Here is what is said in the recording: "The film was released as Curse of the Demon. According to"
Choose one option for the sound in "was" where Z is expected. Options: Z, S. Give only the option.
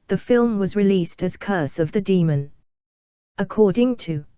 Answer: Z